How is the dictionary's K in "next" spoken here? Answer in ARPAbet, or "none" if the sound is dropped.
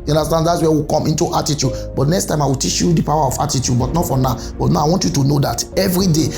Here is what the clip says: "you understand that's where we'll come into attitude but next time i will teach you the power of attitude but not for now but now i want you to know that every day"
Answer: K